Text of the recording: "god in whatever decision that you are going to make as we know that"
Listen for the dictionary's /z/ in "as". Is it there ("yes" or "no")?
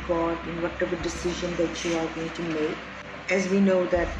yes